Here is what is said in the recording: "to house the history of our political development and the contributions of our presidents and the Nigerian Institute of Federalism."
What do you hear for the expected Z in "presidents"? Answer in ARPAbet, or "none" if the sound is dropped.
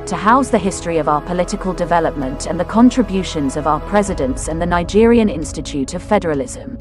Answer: Z